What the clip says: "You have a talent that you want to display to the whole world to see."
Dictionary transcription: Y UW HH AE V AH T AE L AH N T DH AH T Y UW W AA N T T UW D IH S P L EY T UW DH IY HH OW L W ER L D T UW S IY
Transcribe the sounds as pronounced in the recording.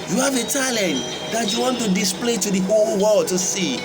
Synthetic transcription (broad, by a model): Y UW HH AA V AH T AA L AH N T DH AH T Y UW W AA N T T UW D IH S P L EY T UW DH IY HH OW L W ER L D T UW S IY